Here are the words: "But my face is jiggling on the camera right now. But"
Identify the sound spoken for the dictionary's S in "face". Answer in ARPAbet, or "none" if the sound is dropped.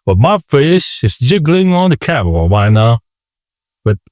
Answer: SH